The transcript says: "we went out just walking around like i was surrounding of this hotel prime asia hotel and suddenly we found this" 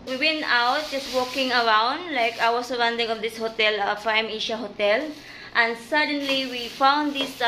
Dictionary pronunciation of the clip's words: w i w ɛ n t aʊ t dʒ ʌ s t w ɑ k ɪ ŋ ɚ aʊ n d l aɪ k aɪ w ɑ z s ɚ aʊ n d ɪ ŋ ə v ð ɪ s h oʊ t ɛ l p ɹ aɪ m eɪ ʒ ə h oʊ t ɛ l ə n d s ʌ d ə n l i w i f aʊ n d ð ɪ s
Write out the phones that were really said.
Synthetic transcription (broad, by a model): w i w ɛ n t aʊ t dʒ ʌ s t w ɑ k ɪ ŋ ɚ aʊ n d l aɪ k aɪ w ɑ s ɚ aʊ n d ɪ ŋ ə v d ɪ s h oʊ t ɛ l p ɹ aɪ m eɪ ʃ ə h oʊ t ɛ l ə n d s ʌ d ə n l i w i f aʊ n d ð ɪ s